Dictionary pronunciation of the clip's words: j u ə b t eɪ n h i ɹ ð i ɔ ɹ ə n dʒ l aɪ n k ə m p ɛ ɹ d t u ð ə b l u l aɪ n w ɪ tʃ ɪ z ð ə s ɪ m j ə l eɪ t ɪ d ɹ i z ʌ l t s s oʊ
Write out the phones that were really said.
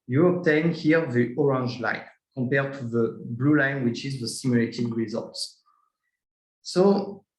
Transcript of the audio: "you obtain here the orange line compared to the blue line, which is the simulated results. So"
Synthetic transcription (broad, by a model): j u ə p t eɪ n h i ɹ ð i ɔ ɹ ə n dʒ l aɪ n k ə m p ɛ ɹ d t u ð ə b l u l aɪ n w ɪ tʃ ɪ z ð ə s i m j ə l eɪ t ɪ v ɹ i z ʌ l t s s oʊ